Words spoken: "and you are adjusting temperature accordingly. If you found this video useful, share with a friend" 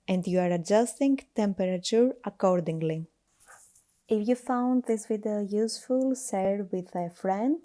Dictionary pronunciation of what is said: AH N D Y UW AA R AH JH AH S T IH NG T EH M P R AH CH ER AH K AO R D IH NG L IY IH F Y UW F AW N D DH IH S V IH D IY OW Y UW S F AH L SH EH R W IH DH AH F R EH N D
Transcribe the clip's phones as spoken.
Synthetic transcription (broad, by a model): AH N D Y UW AA R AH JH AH S T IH NG T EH M P R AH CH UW AH K AO R D IH NG L IY IH F Y UW F AW N D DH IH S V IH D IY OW Y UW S F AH L S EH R W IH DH AH F R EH N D